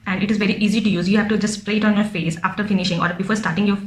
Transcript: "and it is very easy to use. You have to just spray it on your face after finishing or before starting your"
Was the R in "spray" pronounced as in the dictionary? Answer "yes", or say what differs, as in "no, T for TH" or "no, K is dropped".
yes